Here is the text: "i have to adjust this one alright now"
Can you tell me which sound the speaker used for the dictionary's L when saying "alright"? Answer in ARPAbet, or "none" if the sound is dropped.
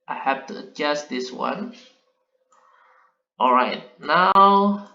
L